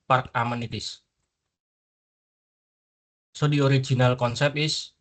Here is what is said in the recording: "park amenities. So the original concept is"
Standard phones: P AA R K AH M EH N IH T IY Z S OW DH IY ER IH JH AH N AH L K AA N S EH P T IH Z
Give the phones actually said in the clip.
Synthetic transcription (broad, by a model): P AA R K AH M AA N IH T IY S S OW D IY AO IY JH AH N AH L K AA N S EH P IH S